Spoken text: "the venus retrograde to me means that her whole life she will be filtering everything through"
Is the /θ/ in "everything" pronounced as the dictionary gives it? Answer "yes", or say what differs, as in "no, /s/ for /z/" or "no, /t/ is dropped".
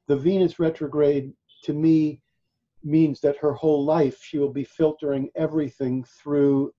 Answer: yes